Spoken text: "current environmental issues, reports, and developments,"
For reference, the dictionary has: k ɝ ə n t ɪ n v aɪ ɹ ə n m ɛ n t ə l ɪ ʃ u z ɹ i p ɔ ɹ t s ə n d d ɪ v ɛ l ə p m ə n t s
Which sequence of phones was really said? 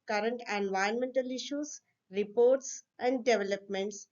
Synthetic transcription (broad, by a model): k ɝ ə n t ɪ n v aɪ ə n m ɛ n t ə l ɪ ʃ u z ɹ i p ɔ ɹ t s ə n d d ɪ v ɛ l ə p m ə n t s